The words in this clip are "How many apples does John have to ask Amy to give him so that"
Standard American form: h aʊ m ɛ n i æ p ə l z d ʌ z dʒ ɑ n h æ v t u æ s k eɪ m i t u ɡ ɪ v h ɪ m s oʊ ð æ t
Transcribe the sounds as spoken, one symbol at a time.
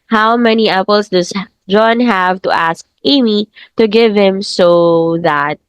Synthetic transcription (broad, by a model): h aʊ m ɛ n i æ p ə l s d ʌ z dʒ ɑ n h æ v t u æ s k eɪ m i t u ɡ ɪ v h ɪ m s oʊ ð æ t